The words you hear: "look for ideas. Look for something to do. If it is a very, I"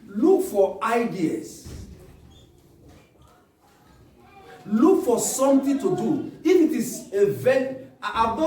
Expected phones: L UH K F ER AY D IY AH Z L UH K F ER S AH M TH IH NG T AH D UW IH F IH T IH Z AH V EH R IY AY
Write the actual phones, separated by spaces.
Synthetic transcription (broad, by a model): L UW K F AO AY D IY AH S L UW K F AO S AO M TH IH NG T AH D UW IH F IH T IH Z AH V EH IY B